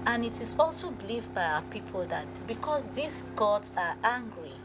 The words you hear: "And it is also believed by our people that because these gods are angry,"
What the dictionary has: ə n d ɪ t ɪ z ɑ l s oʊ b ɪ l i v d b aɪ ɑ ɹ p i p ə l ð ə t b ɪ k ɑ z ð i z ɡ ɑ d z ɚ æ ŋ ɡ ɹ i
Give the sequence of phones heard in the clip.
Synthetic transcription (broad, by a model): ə n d ɪ t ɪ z ɑ l s oʊ b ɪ l i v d b aɪ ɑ p i p ə l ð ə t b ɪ k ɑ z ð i s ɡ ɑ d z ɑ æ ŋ ɡ ɹ i